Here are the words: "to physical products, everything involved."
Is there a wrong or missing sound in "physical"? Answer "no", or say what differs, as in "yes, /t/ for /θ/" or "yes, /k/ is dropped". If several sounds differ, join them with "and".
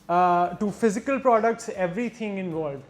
no